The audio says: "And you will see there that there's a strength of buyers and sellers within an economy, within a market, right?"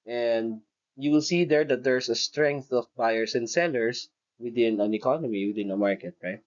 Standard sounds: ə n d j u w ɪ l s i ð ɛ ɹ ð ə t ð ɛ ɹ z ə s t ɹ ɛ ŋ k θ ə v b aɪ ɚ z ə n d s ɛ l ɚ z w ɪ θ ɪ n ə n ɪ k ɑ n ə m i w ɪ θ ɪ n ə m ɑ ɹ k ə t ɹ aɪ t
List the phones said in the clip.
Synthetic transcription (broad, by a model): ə n d j u w ɪ l s i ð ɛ ɹ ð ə t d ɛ ɹ s ə s t ɹ ɛ ŋ k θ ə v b aɪ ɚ s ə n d s ɛ l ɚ s w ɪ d ɪ n ə n ɪ k ɑ n ə m i w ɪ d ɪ n ə m ɑ ɹ k ə t ɹ aɪ t